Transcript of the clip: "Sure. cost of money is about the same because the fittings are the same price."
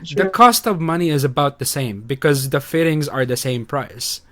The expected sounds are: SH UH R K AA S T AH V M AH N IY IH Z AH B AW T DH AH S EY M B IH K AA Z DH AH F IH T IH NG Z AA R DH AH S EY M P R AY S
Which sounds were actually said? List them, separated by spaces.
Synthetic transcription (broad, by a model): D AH K AA S T AH V M AH N IY IH Z AH B AW T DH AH S EY M B IH K AA Z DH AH F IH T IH NG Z AA R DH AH S EY M P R AY S